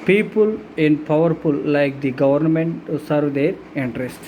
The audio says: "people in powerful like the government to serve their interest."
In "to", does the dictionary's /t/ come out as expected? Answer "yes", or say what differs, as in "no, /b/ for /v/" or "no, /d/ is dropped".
no, /s/ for /t/